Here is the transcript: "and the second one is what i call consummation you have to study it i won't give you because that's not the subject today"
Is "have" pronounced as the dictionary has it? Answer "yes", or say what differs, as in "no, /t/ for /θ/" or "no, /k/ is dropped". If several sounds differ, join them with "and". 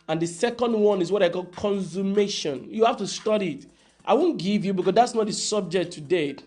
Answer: no, /f/ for /v/